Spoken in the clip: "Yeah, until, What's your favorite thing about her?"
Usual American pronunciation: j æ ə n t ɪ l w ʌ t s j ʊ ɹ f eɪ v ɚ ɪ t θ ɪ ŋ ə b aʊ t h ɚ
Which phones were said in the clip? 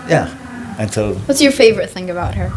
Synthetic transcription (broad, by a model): j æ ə n s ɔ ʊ w ʌ t s j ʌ ɹ f eɪ v ɚ ɪ t θ ɪ ŋ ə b aʊ t h ɚ